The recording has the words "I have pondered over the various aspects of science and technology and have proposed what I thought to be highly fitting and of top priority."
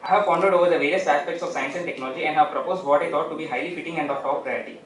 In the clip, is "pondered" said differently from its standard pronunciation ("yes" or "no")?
yes